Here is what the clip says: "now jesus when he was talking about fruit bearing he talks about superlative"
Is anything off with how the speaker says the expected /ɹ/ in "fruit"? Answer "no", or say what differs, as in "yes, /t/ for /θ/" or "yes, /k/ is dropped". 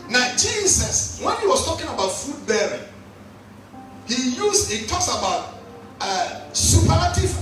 yes, /ɹ/ is dropped